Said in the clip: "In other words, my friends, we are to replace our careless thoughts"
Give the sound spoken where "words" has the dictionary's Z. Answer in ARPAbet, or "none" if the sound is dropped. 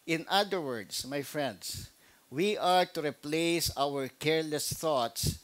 S